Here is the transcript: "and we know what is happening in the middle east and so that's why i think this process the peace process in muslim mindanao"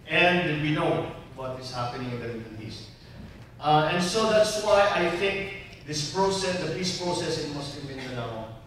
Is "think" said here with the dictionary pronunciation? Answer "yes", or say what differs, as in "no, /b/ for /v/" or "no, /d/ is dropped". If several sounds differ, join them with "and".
yes